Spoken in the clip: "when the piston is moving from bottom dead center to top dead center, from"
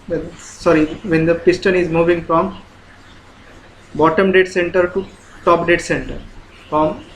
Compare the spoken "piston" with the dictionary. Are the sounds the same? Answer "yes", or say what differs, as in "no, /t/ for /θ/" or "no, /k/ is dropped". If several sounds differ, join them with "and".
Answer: yes